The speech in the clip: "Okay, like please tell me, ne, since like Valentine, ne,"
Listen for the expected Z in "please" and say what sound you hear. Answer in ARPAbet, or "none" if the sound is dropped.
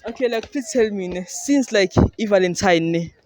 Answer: none